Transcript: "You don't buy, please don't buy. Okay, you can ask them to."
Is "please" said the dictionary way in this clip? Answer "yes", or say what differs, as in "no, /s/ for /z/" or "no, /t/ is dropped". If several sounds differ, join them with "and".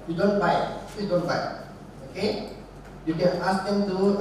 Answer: no, /z/ is dropped